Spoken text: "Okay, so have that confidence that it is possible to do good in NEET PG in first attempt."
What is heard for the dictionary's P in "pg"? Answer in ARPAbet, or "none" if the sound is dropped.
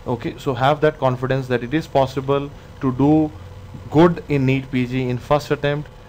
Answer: P